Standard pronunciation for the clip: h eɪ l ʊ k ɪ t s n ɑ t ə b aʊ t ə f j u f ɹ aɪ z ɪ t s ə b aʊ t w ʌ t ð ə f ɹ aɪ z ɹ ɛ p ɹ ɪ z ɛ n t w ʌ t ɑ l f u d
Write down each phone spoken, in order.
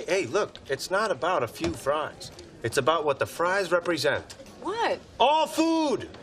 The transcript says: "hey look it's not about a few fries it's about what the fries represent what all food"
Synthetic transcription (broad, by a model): eɪ l ʊ k ɪ t s n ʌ t ə b aʊ t ə f j u f ɹ aɪ z ɪ t s ə b aʊ t w ʌ t ð ə f ɹ aɪ z ɹ ɛ p ɹ ɪ z ɛ n t w ʌ t ɑ l f u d